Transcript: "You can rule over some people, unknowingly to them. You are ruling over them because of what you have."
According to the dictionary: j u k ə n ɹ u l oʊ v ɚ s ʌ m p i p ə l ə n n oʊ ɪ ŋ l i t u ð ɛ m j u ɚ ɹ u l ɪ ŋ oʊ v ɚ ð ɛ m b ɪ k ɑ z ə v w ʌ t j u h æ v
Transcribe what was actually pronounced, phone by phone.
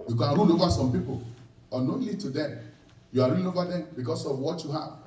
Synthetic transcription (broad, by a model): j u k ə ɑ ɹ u n oʊ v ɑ s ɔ m p i p ə l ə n n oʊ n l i t u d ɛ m j u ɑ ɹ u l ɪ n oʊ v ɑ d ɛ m b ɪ k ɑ s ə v w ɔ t j u h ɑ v